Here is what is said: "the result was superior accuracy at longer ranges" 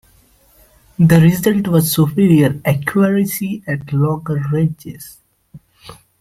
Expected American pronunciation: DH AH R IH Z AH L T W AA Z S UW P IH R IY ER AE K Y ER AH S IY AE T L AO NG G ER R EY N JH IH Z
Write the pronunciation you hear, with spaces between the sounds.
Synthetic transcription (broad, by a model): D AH R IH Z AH L T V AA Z S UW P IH R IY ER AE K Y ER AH S IY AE T L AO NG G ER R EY JH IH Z